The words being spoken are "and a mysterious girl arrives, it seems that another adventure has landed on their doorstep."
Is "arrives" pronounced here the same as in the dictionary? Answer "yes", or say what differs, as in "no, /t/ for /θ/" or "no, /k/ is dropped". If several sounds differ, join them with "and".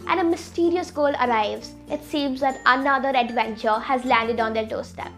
yes